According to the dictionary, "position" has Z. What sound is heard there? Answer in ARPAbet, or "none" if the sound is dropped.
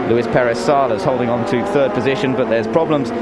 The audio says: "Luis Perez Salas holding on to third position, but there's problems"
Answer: Z